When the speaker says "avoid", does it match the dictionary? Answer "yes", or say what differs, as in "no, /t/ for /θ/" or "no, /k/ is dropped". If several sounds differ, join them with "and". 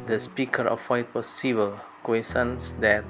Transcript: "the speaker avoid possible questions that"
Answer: no, /f/ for /v/